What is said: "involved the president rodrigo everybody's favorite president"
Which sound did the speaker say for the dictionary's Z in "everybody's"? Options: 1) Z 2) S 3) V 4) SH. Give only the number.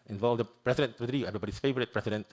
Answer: 2